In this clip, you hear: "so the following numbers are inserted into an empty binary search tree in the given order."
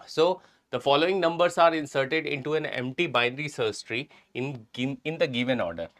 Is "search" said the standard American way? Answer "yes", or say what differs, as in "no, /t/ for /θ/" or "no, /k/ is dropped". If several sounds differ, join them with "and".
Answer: no, /s/ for /tʃ/